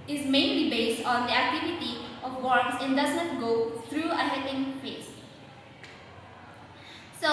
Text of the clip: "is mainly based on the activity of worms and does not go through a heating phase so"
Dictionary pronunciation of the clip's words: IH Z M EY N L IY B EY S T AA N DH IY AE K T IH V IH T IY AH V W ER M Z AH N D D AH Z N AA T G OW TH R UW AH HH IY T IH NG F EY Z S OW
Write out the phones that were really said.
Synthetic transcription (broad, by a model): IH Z M EY N L IY B EY S T AA N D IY AE K T IH V IH T IY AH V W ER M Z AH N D D AH Z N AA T G OW T R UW AH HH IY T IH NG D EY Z S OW